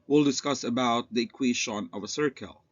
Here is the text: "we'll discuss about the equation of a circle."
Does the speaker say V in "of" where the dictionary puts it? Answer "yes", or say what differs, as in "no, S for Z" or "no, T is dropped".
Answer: yes